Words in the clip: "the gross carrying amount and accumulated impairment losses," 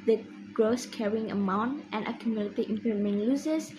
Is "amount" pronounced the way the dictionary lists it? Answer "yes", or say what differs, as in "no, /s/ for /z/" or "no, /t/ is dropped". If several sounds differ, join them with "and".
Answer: yes